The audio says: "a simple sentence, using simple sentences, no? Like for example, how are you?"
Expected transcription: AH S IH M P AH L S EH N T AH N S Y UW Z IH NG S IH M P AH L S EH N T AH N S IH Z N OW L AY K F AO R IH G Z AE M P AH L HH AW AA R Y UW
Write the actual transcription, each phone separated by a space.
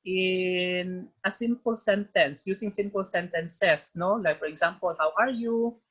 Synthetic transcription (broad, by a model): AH S IH M P AH L S EH N T AH N S Y UW S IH NG S IH M P AH L S EH N T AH N S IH S N OW L AY K F AO R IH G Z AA M P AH L HH AW AA R Y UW